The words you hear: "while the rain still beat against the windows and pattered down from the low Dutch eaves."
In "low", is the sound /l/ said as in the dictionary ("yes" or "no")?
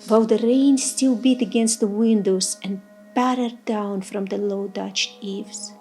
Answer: yes